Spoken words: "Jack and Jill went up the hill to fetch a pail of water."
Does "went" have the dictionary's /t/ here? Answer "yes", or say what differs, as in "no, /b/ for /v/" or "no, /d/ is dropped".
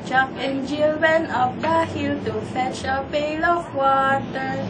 no, /t/ is dropped